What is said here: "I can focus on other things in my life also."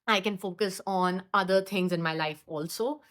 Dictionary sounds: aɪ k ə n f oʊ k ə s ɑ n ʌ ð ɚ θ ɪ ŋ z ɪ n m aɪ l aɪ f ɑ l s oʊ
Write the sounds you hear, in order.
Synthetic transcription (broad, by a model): aɪ k ə n f oʊ k ə s ɑ n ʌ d ɚ t ɪ ŋ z ɪ n m aɪ l aɪ f ɑ l s oʊ